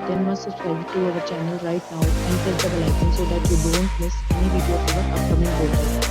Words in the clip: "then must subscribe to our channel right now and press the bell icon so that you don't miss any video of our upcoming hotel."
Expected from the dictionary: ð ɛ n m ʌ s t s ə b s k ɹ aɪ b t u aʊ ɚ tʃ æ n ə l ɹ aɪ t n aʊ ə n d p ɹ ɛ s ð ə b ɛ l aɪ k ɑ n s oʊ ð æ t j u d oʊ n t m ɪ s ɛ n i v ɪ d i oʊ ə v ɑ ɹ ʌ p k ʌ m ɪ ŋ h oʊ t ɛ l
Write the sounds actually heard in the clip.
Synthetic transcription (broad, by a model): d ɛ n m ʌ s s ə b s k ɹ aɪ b t u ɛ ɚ tʃ æ n ə l ɹ aɪ t n aʊ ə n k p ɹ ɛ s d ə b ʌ l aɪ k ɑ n s oʊ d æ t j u d oʊ n t m ɪ s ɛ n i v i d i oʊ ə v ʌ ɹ ʌ p k ʌ m ɪ ŋ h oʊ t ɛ